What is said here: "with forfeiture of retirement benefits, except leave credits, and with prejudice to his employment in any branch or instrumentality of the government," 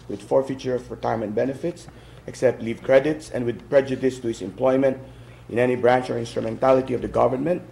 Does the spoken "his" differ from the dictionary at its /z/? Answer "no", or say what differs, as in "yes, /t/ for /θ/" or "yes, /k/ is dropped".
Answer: yes, /s/ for /z/